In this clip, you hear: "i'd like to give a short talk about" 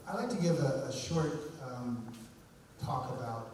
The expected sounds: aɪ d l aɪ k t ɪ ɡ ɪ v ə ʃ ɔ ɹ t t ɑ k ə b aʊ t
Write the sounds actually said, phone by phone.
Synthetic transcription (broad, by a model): aɪ d l aɪ k t ɪ ɡ ɪ v ə ʃ ɔ ɹ t t ɑ k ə b aʊ t